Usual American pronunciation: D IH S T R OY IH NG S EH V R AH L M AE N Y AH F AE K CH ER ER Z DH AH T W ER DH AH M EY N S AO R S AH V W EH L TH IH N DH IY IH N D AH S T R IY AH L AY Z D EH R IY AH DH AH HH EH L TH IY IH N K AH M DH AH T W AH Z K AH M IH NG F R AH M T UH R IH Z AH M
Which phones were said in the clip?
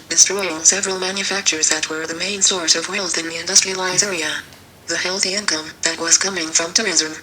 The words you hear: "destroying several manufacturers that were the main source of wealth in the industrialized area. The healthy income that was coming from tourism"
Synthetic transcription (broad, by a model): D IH S T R OY IH NG S EH V R AH L M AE N Y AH F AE K CH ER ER Z DH AH T W ER DH AH M EY N S AO R S AH V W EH L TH IH N DH IY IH N D AH S T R IY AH L AY Z EH R IY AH DH AH HH EH L TH IY IH N K AH M DH AH T W AH Z K AH M IH NG F R AH M T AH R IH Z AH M